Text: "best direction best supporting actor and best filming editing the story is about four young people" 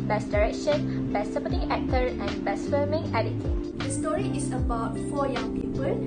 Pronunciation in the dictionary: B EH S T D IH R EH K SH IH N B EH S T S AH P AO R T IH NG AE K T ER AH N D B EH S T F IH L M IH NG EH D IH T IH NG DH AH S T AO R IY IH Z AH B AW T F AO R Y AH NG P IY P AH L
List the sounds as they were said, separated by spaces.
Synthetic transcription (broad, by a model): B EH S D IH R EH K SH IH N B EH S S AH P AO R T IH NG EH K T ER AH N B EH S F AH M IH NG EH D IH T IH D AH S T AO R IY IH S AH B AW T F AO Y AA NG P IY P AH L